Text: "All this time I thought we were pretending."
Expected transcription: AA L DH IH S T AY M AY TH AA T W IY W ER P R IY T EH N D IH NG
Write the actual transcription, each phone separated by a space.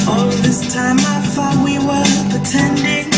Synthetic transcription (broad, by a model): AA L DH IH S T AY M AY F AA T W IY W ER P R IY T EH N D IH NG